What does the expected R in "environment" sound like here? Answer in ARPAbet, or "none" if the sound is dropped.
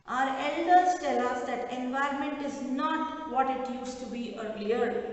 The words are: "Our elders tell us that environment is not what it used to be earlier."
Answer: R